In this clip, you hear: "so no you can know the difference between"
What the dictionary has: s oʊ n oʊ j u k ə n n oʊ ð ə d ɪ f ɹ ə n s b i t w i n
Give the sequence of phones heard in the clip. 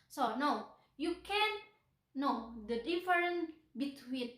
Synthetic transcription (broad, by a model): s oʊ n oʊ j u k ə n n oʊ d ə d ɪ f ɹ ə n b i t w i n